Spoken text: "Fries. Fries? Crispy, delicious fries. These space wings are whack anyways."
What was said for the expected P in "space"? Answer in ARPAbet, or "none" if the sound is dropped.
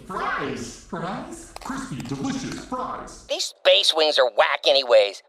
B